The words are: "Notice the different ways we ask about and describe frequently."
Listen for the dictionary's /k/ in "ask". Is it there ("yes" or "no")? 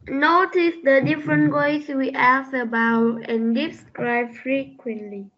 no